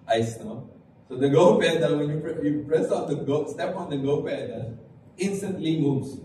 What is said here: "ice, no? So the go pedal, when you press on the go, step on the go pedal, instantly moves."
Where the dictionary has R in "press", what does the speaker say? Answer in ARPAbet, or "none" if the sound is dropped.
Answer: R